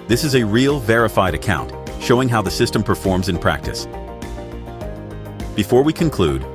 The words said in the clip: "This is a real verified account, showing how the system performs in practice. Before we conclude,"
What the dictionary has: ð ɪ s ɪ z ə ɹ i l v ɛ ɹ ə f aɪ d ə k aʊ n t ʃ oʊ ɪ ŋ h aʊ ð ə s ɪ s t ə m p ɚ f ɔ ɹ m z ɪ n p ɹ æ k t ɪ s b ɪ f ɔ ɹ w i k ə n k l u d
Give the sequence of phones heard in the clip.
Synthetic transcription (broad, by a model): ð ɪ s ɪ z ə ɹ i l v ɛ ɹ ə f aɪ d ə k aʊ n t ʃ oʊ ɪ ŋ h aʊ ð ə s ɪ s t ə m p ɚ f ɔ ɹ m z ɪ n p ɹ æ k t ɪ s b ɪ f ɔ ɹ w i k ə n k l u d